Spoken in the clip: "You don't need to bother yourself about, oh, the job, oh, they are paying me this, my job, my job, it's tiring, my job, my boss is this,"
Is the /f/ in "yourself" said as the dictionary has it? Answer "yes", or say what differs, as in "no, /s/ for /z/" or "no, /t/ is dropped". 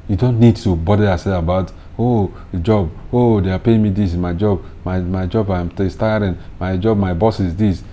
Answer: no, /f/ is dropped